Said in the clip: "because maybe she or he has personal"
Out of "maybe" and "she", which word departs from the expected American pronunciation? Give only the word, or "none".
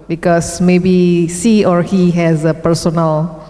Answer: she